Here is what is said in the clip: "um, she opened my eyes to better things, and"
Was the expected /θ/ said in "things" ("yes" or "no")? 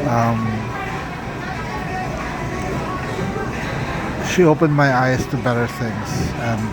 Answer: yes